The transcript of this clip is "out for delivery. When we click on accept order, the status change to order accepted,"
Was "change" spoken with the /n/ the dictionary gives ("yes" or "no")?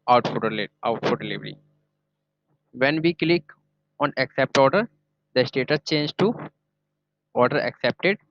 yes